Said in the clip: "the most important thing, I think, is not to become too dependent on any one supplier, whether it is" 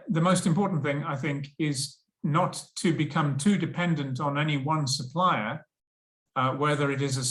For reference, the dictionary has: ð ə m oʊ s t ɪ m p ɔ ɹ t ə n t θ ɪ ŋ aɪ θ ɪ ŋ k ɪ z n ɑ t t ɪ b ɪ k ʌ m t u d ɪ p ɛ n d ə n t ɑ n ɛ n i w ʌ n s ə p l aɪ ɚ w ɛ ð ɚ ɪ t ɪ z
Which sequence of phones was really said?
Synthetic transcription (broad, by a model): ð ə m oʊ s t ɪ m p ɔ ɹ t n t θ ɪ ŋ aɪ θ ɪ ŋ k ɪ z n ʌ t t ɪ b ɪ k ʌ m t u d ɪ p ɛ n d ə n t n ɛ n i w ʌ n s ə p l aɪ ɚ w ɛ ð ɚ ɪ t ɪ z